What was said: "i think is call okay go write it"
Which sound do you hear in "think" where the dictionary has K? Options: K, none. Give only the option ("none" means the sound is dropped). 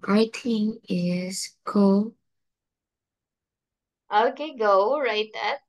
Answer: none